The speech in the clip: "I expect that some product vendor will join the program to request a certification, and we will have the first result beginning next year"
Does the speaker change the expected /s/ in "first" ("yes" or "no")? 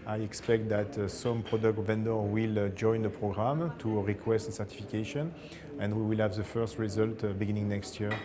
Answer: no